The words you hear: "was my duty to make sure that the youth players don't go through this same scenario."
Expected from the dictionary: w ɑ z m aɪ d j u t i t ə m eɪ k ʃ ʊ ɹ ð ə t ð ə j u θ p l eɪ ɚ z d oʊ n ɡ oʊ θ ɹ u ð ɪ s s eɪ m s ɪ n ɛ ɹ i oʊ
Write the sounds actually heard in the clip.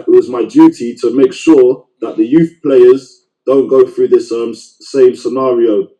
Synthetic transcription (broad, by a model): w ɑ z m aɪ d j u t i t ə m eɪ k ʃ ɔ ð ə t ð ə j u θ p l eɪ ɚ z d oʊ n ɡ oʊ θ ɹ u ð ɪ s s eɪ m s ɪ n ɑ ɹ i oʊ